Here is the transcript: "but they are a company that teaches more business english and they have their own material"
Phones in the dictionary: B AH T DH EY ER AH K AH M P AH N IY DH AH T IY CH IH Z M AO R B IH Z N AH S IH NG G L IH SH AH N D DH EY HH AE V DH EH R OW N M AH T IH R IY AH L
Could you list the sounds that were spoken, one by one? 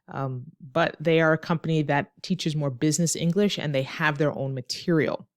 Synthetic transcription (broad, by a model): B AH T DH EY ER AH K AH M P AH N IY DH AH T IY CH IH Z M AO R B IH Z N AH S IH NG G L IH SH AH N DH EY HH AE V DH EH R OW N M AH T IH R IY L